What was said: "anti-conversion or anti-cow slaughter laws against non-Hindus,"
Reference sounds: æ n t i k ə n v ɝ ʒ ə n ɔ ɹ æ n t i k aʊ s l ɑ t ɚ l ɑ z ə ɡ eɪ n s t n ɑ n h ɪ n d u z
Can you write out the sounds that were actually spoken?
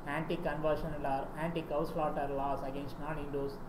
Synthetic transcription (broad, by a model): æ n t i k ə n v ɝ ʃ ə n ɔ ɹ æ n t i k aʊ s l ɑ t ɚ l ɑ s ə ɡ eɪ n s t n ɑ n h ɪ n d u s